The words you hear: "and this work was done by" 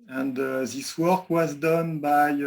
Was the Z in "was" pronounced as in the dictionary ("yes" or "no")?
yes